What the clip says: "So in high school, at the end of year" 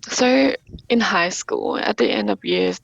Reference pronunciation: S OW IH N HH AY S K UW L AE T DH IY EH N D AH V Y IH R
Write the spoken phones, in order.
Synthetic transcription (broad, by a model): S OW IH N HH AY S K UW L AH T DH IY EH N D AH V Y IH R